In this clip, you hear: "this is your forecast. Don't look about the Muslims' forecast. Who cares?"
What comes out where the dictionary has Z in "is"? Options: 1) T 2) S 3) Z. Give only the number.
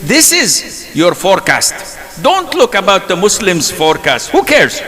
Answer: 3